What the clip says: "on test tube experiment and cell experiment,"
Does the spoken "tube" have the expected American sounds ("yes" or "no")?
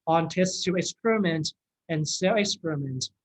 no